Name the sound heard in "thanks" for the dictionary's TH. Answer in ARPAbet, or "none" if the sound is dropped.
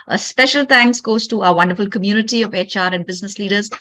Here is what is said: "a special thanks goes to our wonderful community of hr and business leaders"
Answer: T